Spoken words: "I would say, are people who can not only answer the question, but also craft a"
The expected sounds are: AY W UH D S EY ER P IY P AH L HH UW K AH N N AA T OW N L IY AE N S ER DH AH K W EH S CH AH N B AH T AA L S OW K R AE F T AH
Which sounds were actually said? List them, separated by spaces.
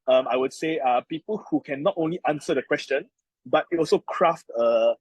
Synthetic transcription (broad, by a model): AY W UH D S EY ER P IY P AH L HH UW K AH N N AA T OW N L IY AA N S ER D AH K W EH S CH AH N B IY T AA L S OW K R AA F T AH